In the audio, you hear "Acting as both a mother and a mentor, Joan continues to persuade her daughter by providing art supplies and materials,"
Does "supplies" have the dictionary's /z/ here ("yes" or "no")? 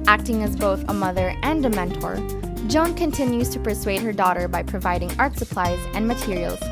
yes